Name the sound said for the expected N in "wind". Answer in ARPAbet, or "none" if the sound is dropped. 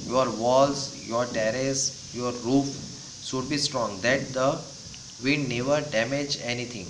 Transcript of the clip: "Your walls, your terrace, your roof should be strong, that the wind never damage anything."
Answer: none